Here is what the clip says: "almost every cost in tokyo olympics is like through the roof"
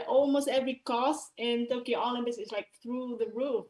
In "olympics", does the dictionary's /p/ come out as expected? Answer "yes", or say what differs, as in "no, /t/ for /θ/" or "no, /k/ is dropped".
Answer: no, /b/ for /p/